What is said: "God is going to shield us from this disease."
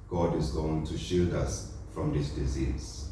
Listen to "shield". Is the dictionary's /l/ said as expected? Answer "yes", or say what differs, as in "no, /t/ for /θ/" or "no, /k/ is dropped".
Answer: no, /l/ is dropped